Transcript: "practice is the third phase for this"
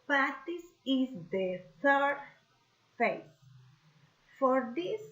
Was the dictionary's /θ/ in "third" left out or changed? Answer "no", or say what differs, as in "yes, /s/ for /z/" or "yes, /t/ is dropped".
yes, /t/ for /θ/